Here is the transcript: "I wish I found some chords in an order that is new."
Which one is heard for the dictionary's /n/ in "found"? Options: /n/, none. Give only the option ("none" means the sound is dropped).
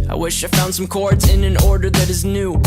/n/